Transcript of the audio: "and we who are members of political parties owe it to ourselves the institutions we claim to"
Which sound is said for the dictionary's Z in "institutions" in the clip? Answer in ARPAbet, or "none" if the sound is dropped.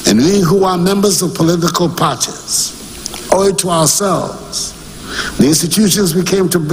Z